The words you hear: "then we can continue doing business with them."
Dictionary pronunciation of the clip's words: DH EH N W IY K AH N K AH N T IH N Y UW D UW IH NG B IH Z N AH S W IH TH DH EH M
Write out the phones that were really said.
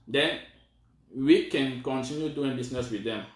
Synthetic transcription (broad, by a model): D EH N W IY K AH N K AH N T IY N Y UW D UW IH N B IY S N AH S W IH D EH M